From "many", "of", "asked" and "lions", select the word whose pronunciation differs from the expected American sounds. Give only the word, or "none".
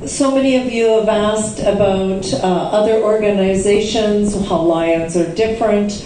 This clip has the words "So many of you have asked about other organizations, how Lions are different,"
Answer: none